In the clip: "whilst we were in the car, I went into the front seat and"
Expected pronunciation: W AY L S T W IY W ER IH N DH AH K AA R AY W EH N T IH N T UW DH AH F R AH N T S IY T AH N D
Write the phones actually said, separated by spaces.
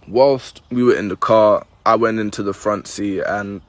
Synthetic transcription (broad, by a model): W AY L S T W IY W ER IH N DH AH K AA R AY W EH N T IH N T UW DH AH F R AH N T S IY AH N